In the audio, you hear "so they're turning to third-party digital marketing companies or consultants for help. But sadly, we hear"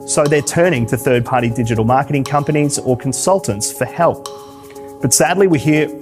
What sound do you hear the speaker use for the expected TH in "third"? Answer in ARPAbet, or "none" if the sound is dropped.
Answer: TH